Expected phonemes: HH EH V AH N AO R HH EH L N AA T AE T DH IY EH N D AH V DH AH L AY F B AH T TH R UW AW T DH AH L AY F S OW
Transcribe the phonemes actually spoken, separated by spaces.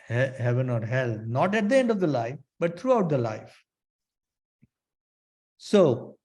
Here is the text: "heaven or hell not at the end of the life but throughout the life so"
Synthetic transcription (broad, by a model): HH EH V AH N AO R HH EH L N AA T AE T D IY EH N D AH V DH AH L AY F B AH T T R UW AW T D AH L AY F S OW